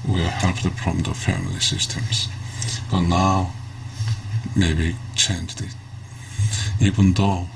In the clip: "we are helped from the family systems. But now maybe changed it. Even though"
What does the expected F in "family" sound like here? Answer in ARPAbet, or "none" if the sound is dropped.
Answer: F